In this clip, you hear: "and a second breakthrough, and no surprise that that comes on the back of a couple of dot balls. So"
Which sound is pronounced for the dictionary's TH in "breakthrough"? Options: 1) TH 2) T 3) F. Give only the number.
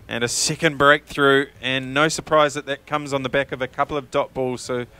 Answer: 1